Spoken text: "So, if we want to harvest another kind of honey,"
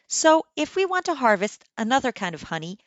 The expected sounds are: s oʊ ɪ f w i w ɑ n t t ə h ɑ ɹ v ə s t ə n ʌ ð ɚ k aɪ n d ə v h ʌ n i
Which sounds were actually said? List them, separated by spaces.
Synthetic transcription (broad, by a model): s oʊ ɪ f w i w ɑ n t t ə h ɑ ɹ v ə s t ə n ʌ ð ɚ k aɪ n d ə v h ʌ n i